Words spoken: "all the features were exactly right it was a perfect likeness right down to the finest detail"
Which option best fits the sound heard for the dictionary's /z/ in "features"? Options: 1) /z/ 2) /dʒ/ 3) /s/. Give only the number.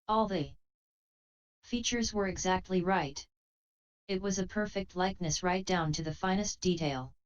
1